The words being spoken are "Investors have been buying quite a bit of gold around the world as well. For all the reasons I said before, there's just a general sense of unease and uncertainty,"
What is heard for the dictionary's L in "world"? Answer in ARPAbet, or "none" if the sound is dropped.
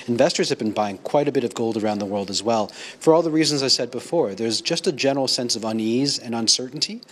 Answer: L